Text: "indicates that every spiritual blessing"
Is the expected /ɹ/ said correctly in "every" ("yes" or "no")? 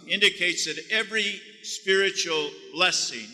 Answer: yes